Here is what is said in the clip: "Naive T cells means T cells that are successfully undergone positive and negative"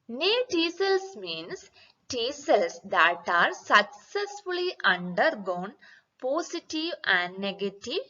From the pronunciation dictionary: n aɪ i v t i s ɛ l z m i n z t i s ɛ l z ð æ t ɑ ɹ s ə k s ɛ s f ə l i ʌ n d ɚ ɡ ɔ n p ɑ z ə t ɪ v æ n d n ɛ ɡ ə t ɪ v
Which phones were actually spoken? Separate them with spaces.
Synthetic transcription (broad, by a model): n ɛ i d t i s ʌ l s m i n s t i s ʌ l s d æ t ɑ ɹ s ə k s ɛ s f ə l i ʌ n d ɚ ɡ ɔ n p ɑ s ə t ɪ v æ n d n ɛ ɡ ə t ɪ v